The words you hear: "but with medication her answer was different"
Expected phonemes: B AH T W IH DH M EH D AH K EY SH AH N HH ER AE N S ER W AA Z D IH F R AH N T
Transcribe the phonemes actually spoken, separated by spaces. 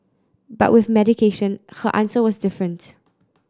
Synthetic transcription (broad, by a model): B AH T W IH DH M EH D AH K EY SH AH N HH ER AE N S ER W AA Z D IH F R AH N T